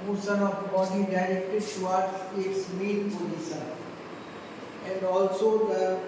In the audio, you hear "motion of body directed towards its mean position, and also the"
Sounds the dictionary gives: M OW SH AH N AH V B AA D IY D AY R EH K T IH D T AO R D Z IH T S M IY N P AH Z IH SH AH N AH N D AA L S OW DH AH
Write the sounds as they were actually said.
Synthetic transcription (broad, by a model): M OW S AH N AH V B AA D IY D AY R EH K T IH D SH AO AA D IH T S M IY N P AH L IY S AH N AH N D AA L S OW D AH